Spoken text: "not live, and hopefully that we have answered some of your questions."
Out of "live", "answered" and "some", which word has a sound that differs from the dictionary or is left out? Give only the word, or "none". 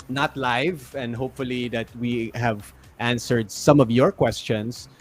none